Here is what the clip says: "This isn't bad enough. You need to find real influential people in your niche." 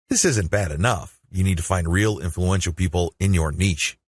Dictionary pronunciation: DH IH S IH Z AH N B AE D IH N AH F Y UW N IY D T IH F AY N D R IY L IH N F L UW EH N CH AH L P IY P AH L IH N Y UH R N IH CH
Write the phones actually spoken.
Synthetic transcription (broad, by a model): DH IH S IH Z AH N B AE D IH N AH F Y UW N IY D T IH F AY N D R IY L IH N F L UW EH N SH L P IY P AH L IH N Y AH R N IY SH